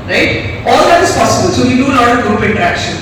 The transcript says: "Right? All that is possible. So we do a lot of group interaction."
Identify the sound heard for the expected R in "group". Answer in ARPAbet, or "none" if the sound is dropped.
none